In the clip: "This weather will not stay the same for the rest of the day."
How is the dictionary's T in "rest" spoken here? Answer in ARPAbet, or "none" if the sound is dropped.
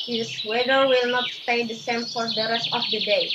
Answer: T